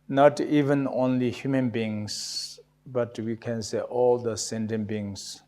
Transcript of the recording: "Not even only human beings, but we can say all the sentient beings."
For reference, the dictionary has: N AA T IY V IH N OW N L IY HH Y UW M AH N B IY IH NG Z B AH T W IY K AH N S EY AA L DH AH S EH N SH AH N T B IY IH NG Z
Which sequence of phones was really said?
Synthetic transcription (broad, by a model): N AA T IY V IH N OW N L IY HH Y UW M AH N B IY NG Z B AH T W IY K AH N S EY AA L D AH S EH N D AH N B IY NG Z